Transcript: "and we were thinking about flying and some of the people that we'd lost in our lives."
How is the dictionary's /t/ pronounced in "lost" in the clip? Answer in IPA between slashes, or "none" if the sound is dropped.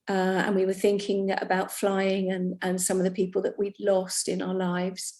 /t/